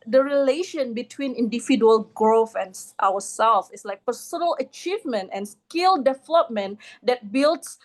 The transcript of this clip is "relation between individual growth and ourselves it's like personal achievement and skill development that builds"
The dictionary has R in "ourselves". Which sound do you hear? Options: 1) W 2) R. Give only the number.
1